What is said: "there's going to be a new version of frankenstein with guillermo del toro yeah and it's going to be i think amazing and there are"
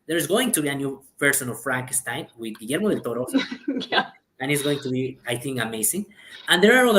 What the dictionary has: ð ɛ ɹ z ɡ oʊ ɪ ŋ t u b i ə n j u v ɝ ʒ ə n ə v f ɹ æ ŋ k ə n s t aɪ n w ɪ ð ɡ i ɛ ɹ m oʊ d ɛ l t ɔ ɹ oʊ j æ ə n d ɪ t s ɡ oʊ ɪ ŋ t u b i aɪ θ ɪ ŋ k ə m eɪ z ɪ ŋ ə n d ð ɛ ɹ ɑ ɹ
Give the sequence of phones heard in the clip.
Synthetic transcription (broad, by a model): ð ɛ ɹ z ɡ oʊ ɪ ŋ t u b i ə n j u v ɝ s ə n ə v f ɹ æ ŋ k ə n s t aɪ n w ɪ ð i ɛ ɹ m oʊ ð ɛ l t ɔ ɹ oʊ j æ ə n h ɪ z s ɡ oʊ ɪ ŋ t u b i aɪ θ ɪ ŋ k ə m eɪ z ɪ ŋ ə n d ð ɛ ɹ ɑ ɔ